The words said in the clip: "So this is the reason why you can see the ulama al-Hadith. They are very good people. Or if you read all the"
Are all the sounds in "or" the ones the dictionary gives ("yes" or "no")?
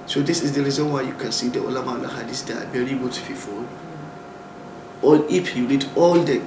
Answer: no